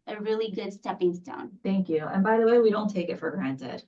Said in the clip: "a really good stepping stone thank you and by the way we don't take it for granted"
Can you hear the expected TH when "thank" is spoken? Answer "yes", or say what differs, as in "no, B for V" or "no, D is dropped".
yes